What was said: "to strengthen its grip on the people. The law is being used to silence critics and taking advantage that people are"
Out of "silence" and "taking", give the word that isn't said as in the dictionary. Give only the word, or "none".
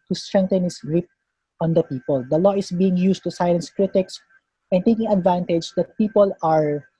silence